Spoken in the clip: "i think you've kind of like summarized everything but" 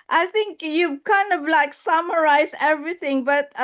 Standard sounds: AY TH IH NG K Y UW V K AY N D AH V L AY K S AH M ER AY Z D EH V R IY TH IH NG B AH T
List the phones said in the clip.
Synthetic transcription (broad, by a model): AY TH IH NG K Y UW K AY N D AH V L AY K S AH M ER AY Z EH V R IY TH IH NG B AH T